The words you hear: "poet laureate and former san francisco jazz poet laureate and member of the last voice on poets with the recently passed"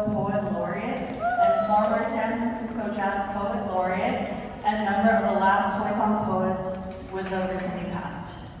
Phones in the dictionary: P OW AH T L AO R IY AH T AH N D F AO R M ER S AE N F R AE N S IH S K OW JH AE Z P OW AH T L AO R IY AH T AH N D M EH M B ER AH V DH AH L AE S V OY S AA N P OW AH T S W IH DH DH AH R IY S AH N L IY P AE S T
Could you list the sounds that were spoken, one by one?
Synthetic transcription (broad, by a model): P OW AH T L AO R IY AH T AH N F AO R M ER S AE N F R AE N S IH S K OW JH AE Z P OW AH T L AO R IY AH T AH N M EH M B ER AH V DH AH L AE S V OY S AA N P OW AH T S W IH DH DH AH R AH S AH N IY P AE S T